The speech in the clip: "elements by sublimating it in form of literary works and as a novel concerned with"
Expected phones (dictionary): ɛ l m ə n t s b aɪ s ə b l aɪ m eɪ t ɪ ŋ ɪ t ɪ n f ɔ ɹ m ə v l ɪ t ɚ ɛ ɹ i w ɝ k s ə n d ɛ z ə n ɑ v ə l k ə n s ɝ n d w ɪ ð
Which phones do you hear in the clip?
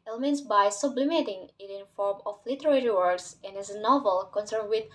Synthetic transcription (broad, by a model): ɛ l m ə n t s b aɪ s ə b l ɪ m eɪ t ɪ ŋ ɪ t ɪ n f ɔ ɹ m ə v l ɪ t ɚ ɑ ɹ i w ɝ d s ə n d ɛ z ə n ɑ v ə l k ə n s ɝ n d w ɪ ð